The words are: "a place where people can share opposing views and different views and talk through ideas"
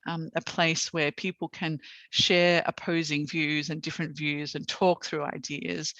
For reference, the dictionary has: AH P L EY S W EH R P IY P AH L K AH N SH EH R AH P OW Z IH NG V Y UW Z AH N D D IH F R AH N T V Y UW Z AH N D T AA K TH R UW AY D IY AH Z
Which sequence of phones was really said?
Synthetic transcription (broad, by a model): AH P L EY S W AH R P IY P L K AH N SH EH R AH P OW Z IH NG V Y UW Z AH N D D IH F R AH N T V Y UW Z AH N T AA K TH R UW AY D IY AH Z